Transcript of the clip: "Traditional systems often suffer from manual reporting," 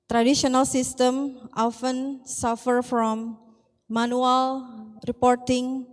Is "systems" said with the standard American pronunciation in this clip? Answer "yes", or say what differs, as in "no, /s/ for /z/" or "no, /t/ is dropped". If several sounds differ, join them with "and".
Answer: no, /z/ is dropped